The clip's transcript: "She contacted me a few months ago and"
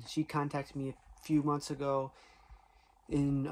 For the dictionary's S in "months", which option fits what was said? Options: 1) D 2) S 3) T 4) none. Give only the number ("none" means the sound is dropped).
2